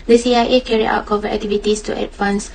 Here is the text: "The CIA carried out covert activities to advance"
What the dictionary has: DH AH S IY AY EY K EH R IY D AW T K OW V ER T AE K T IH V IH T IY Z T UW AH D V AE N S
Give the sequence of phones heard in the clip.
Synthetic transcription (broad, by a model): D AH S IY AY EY K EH R IY AW T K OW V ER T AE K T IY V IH T IY S T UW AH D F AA N S